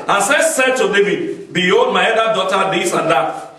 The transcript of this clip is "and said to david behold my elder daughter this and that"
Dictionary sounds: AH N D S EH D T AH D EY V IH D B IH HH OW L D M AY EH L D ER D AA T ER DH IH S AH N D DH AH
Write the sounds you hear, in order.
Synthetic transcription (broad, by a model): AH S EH S EH D T AH D EY V IH D B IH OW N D M AY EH D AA D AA T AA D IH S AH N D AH